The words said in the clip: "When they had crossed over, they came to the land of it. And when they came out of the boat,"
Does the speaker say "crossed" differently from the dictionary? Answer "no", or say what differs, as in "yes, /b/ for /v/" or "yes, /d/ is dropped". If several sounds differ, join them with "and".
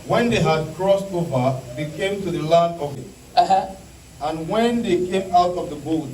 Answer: no